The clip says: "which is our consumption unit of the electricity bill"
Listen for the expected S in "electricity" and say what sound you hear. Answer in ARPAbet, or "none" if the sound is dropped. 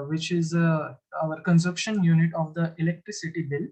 S